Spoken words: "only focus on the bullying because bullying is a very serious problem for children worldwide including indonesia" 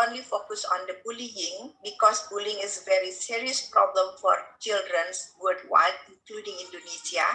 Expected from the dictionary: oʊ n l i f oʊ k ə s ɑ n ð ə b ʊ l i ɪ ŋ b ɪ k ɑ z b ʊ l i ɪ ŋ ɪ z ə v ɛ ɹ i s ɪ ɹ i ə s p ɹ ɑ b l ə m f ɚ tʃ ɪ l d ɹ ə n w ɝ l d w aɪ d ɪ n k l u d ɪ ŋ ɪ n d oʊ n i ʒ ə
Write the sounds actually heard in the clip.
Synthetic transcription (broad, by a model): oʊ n l i f oʊ k ə s ɑ n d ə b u l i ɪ ŋ b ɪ k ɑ s b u l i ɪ ŋ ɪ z ə v ɛ ɹ i s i ɹ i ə s p ɹ ɑ b l ə m f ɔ tʃ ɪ l d ɹ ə n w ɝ d w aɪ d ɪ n k l u d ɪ ŋ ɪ n d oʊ n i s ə